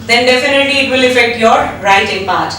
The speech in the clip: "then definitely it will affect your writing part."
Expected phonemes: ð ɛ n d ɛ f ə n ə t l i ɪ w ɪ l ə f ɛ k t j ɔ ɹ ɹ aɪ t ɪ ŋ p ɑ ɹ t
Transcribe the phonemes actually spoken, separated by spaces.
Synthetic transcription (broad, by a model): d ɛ n d ɛ f ə n ə t l i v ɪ l ə f ɛ k t j ɔ ɹ ɹ aɪ t ɪ ŋ p ɑ ɹ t